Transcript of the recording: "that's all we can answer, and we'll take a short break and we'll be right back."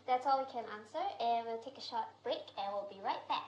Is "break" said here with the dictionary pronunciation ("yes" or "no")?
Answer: yes